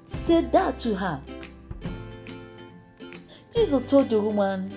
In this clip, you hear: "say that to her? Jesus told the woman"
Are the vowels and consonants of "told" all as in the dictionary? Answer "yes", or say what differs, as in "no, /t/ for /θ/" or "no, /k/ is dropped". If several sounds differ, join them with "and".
no, /l/ is dropped